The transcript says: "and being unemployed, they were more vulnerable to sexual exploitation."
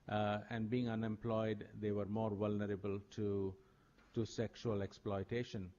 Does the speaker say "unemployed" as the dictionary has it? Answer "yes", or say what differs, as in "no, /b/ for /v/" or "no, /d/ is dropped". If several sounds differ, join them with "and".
yes